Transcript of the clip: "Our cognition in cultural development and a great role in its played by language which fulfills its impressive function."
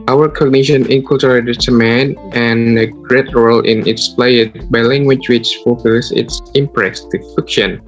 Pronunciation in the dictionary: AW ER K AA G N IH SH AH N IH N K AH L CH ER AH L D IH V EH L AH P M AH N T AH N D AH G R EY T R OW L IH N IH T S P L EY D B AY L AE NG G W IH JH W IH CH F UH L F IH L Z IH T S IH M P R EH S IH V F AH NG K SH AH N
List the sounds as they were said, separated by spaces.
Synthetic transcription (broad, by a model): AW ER K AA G N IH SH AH N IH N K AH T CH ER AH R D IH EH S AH M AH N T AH N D AH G R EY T R OW L IH N IH T S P L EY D B AY L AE NG G W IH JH W IH CH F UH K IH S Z IH T S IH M P R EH S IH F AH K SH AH N